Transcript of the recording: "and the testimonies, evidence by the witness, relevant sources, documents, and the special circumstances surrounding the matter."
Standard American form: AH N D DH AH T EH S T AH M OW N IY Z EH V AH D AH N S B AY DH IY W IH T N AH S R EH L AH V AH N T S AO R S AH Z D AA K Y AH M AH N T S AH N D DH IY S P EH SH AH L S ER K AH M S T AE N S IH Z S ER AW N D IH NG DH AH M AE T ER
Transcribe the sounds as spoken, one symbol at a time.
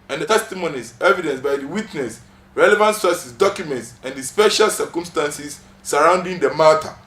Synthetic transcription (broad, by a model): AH N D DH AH T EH S T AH M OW N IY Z EH V AH D AH N S B AY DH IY W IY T N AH S R EH L AH V AH N T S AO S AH S D AA K Y AH M AH N T S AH N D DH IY S P EH SH AH L S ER K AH M S T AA N S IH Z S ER AW N D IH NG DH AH M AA T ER